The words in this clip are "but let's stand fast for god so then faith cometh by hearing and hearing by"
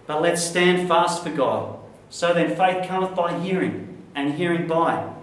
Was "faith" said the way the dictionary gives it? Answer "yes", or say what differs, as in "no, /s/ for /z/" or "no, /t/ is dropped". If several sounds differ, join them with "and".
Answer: yes